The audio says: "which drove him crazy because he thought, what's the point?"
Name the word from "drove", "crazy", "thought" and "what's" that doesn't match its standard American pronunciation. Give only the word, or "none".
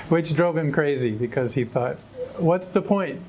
none